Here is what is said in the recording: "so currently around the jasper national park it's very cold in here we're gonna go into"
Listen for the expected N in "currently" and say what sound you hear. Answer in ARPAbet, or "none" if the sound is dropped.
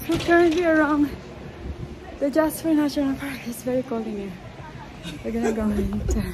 N